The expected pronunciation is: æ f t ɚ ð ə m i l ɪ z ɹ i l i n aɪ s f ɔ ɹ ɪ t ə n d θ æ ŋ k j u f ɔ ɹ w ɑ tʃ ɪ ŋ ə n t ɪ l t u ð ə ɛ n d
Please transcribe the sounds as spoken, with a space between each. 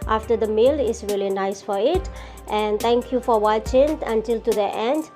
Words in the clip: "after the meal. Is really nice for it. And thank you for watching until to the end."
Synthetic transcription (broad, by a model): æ f t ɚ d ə m i l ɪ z ɹ i l i n aɪ s f ɔ ɹ ɪ t ə n d t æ ŋ k j u f ɔ ɹ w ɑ tʃ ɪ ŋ ə n t ɪ l t u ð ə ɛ n d